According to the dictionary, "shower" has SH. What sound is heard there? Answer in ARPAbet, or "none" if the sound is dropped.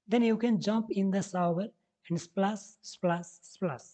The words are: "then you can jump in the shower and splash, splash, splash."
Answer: S